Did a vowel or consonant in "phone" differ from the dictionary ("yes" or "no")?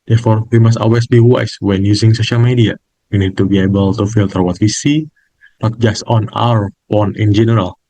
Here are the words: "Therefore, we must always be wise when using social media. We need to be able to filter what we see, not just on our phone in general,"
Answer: yes